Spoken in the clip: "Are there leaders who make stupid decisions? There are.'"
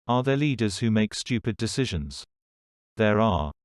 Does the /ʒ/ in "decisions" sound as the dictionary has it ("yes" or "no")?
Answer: yes